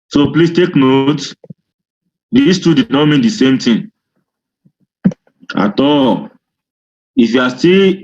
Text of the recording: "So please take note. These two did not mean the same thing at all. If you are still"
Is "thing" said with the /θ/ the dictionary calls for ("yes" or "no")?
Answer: no